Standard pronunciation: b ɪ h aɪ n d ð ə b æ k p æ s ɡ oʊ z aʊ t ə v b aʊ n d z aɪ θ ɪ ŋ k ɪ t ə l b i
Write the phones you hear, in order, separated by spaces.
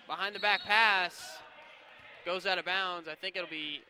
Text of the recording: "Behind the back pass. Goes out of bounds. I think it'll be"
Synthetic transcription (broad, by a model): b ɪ h aɪ n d ð ə b æ k p æ s ɡ oʊ z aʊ t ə b aʊ n d z aɪ θ ɪ ŋ k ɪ t l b i